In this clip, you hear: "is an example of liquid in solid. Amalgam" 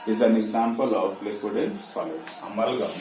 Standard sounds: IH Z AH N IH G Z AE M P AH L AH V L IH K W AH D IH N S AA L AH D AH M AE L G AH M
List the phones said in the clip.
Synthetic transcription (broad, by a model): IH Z AH N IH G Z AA M P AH L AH P L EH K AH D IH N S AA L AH AH M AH L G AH